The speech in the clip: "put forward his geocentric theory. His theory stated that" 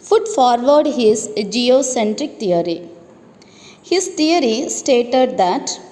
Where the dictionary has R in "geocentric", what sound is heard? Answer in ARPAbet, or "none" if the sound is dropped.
R